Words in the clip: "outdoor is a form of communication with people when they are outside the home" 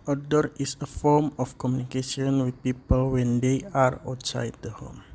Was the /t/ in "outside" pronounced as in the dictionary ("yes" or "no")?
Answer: yes